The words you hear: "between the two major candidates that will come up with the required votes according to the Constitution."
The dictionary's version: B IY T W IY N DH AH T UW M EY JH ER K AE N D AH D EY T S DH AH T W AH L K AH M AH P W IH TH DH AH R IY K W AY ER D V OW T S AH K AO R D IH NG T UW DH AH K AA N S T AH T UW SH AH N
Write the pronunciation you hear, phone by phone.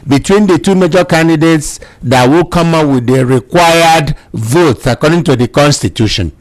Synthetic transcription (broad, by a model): B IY T W IY N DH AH T UW M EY JH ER K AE N D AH D EY T S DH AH T W AH L K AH M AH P W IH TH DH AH R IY K W AY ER D V OW T S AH K AO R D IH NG T UW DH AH K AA N S T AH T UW SH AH N